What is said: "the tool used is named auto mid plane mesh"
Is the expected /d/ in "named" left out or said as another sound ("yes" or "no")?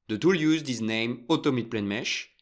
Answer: yes